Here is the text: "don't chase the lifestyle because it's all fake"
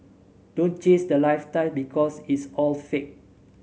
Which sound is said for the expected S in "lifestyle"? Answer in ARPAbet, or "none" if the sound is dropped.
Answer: none